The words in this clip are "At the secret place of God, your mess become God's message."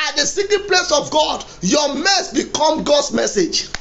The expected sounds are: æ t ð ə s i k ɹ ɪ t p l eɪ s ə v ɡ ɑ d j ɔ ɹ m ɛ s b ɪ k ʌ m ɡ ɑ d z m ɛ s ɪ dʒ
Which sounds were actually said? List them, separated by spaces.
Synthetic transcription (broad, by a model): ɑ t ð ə s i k ɪ p l eɪ s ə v ɡ ɑ d j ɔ m ɛ s b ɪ k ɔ m ɡ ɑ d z m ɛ s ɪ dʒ